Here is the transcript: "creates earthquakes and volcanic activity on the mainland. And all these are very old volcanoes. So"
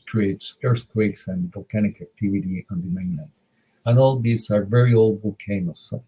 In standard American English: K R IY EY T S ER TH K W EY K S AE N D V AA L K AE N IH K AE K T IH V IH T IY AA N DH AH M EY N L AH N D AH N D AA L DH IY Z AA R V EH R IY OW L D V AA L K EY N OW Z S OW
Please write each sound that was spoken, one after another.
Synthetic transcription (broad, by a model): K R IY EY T S ER TH K W EY K S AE N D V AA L K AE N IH K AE K T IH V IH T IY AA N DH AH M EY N AH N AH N AA L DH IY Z AA R V EH R IY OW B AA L K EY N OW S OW